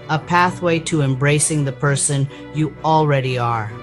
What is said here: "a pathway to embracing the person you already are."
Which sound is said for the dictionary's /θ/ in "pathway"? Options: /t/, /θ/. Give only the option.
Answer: /θ/